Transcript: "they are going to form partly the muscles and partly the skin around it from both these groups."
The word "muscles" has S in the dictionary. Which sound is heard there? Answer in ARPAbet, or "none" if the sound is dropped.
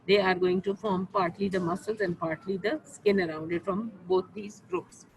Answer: S